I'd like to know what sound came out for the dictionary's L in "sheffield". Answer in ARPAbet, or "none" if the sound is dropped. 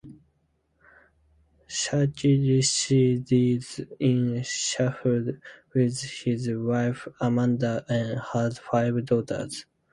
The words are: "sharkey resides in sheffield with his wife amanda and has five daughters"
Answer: none